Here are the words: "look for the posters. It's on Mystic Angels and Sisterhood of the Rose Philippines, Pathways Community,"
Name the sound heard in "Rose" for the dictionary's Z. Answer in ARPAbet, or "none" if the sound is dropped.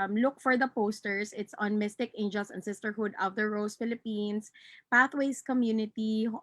S